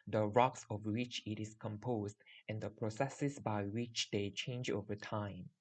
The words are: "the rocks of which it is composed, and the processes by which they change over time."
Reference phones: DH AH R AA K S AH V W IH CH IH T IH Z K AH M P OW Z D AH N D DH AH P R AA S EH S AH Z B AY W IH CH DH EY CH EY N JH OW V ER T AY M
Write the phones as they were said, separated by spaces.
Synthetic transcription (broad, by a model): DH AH R AA K S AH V W IH CH IH T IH S K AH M P OW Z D AH N D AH P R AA S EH S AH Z B AY W IH CH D EY CH EY N JH OW V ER T AY M